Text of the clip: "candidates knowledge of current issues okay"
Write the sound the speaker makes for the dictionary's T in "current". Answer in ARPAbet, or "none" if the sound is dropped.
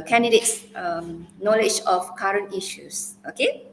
T